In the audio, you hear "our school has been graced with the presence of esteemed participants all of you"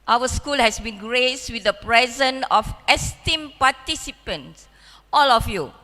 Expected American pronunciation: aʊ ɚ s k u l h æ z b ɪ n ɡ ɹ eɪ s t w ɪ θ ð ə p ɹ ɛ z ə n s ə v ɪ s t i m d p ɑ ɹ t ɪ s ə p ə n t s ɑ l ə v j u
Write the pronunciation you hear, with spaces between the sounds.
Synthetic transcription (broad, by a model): aʊ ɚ s k u l h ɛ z b ɪ n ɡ ɹ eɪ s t w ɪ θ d ə p ɹ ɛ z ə n ə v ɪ s t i m p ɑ t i s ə p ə n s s ɑ l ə f j u